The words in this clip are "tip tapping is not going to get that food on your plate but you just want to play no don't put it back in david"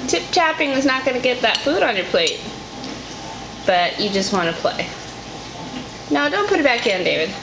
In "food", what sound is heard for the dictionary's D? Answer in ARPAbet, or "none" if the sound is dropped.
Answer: D